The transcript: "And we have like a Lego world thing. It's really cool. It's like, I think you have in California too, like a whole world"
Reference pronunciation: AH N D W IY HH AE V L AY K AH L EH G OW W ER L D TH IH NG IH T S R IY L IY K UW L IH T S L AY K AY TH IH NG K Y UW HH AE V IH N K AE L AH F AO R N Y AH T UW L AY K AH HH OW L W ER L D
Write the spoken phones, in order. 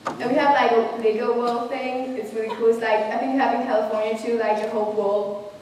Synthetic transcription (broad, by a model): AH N W IY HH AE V L AY K AH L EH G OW W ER L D TH IH NG IH T S W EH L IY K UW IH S L AY K AY TH IH NG K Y HH AE V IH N K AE L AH F AO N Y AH T UW L AY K AH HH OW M W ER L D